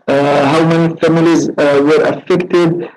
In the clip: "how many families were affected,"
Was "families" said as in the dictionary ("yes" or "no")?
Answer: yes